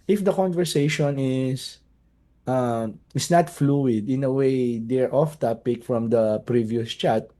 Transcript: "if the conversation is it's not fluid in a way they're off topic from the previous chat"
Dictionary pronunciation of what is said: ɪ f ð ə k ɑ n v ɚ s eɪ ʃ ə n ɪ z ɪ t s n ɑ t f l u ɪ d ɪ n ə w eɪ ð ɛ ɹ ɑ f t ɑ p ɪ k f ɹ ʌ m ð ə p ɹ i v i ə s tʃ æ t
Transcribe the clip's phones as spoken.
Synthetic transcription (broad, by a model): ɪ f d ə k ɑ n v ɚ s eɪ ʃ ə n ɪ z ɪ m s n ɑ t f l u ɪ d ɪ n ə w eɪ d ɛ ɹ ɑ f t ɑ p ɪ k f ɹ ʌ m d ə p ɹ i v i ə s tʃ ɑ t